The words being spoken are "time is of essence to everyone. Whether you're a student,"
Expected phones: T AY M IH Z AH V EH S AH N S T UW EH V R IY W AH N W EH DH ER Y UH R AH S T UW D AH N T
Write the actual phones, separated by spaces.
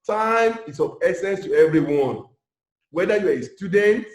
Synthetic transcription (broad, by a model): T AY M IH S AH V EH S AH N S T UW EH V R IY W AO N W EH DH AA Y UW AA AH S T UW D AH N T